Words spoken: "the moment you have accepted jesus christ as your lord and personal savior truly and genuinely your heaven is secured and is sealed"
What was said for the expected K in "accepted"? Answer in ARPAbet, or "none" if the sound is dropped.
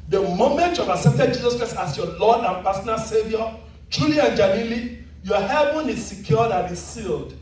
none